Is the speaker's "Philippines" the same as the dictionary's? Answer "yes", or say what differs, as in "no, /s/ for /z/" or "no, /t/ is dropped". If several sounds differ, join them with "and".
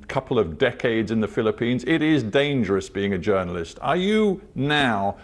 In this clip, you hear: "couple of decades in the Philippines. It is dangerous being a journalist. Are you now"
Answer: yes